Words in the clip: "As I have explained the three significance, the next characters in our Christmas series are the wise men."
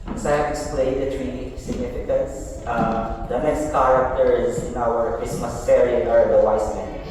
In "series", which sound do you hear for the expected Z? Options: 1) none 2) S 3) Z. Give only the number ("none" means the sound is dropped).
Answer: 1